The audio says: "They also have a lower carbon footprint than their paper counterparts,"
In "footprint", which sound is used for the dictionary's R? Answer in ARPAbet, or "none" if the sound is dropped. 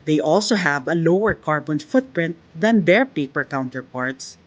R